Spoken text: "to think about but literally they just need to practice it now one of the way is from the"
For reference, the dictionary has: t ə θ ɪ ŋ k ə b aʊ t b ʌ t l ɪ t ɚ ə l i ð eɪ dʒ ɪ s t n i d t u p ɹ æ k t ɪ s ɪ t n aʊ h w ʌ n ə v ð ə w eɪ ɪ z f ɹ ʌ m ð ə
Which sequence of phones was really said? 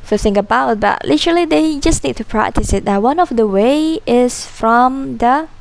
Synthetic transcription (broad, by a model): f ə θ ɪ ŋ ə b aʊ t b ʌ t l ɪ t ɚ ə l i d eɪ dʒ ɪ s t n i d t u p ɹ æ k t ɪ s ɪ t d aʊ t w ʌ n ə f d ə w eɪ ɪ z f ɹ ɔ m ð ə